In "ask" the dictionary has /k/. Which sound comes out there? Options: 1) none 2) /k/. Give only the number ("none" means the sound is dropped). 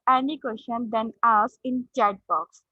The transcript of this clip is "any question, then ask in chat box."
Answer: 1